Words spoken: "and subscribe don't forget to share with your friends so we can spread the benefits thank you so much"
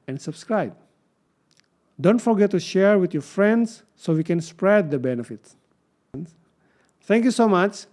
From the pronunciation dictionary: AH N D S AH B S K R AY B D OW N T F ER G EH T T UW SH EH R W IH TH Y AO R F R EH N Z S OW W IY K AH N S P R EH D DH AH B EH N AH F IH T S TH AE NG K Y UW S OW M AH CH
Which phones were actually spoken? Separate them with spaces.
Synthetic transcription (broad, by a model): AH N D S AH B S K R AY B D OW N T F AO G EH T T UW SH EH R W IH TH Y AO R F R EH N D S OW W IY K AH N S P R EH D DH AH B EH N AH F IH T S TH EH NG K Y UW S OW M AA CH